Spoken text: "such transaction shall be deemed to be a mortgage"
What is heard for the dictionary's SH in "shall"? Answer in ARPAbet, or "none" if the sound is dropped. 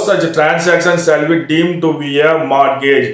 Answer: S